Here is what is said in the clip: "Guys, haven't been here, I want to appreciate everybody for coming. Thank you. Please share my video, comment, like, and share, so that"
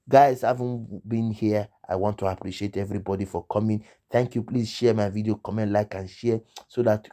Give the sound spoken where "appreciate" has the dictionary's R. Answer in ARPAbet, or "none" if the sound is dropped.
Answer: R